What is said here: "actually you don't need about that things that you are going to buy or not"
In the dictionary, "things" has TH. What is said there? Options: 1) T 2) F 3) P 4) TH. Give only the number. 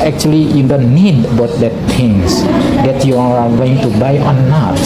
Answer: 1